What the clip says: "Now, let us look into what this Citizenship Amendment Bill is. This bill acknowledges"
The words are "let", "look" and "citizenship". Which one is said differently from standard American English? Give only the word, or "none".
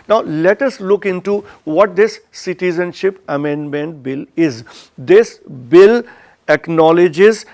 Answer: none